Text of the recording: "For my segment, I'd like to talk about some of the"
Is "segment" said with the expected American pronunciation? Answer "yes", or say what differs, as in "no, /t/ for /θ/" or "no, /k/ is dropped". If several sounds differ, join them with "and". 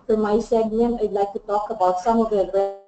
no, /t/ is dropped